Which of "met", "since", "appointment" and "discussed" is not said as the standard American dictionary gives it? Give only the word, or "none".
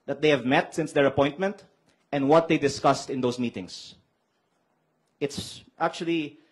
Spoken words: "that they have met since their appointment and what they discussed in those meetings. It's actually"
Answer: none